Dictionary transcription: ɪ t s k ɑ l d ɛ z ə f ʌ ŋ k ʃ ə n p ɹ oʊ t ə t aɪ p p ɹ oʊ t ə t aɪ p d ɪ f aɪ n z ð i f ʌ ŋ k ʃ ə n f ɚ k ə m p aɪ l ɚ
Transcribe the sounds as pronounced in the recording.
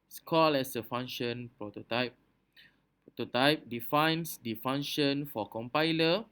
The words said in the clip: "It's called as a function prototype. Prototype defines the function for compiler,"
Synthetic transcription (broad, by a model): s k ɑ l ɛ s ə f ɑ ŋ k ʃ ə n p ɹ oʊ t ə t aɪ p p ɹ oʊ t ə t aɪ p d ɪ f aɪ n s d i f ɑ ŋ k ʃ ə n f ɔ k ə m p aɪ l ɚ